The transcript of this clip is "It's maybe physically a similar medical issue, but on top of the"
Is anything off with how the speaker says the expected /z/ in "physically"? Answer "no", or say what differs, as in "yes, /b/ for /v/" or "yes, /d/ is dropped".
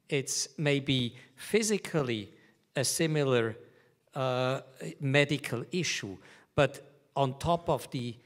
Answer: no